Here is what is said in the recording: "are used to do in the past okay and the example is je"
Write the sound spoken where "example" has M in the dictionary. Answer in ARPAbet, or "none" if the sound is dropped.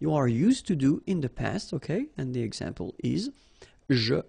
M